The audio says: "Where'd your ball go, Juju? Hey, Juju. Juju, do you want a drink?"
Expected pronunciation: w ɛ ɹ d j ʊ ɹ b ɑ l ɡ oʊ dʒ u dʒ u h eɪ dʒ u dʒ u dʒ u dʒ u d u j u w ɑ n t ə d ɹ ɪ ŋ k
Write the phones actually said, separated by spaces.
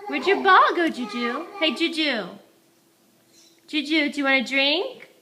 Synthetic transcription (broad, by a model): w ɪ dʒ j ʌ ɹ b ɑ l ɡ oʊ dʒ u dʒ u h eɪ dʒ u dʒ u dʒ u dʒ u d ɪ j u w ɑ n ə d ɹ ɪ ŋ k